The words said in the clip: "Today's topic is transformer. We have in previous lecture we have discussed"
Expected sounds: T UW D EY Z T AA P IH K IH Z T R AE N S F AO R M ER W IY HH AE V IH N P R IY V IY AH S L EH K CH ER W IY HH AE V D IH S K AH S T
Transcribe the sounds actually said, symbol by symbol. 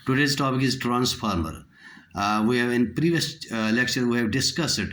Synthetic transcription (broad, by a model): T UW D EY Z T AA P IH K IH Z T R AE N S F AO R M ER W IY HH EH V IH N P R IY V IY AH S L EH K SH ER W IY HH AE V D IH S K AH S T